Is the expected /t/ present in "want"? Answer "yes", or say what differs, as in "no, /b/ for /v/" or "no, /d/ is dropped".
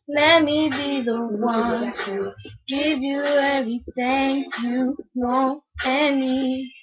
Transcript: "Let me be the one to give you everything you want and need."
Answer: no, /t/ is dropped